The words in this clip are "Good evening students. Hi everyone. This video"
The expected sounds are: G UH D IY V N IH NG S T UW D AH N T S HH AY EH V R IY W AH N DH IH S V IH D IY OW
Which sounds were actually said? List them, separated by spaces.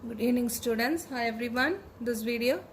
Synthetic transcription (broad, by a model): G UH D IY N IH NG S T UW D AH N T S HH AY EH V R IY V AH N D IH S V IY D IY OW